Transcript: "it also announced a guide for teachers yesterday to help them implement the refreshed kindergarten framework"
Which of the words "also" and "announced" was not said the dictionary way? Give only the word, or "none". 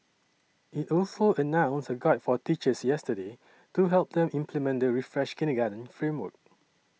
announced